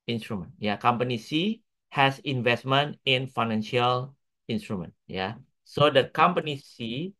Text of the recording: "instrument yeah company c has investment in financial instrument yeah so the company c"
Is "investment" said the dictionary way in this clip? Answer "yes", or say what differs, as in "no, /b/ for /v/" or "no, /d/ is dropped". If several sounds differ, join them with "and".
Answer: yes